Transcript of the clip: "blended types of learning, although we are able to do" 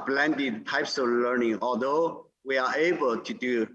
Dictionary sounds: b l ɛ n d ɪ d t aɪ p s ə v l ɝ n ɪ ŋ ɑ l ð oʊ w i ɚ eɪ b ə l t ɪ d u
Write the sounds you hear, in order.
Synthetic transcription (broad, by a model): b l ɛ n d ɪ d t aɪ p s ə v l ɝ n ɪ ŋ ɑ l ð oʊ w i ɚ eɪ b ə l t ɪ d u